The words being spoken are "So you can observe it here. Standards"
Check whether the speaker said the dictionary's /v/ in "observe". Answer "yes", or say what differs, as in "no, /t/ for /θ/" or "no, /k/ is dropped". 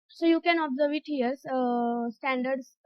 yes